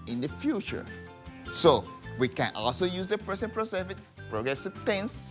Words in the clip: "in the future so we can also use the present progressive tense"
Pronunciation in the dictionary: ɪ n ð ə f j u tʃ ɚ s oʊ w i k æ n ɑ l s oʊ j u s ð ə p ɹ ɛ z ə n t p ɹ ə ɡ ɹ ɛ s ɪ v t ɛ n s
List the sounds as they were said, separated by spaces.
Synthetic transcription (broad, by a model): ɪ n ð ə f j u tʃ ɚ s oʊ w i k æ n ɑ l s oʊ j u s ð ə p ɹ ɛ s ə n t p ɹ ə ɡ ɹ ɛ s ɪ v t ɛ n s